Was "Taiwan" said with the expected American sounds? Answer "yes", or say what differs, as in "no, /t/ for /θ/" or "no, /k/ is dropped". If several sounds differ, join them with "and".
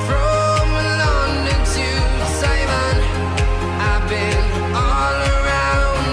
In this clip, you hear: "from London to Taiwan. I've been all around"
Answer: no, /s/ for /t/